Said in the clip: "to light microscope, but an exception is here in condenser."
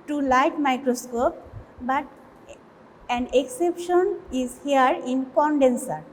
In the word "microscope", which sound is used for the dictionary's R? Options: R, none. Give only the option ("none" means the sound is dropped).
R